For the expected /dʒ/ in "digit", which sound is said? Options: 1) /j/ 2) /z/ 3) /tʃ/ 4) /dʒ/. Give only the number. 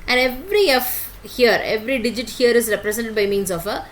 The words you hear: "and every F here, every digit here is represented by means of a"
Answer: 4